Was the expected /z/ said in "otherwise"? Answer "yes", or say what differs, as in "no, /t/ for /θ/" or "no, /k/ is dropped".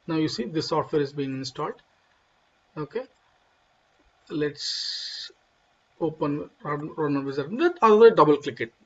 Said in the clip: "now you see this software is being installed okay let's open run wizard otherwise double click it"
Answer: no, /z/ is dropped